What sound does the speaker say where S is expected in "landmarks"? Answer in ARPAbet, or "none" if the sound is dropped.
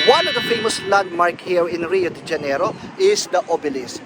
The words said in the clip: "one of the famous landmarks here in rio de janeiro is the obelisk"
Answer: none